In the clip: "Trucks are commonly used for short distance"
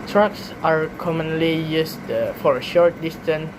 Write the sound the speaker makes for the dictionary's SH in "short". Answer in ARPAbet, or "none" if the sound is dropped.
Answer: SH